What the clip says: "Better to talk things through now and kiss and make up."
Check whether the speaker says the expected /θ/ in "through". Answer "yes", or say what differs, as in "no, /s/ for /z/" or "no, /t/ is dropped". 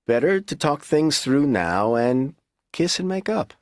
yes